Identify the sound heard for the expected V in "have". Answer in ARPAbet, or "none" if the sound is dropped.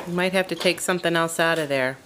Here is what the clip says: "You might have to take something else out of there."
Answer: F